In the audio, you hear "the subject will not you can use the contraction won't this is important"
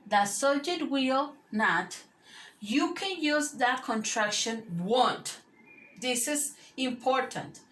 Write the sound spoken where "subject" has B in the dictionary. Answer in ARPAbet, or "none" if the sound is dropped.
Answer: none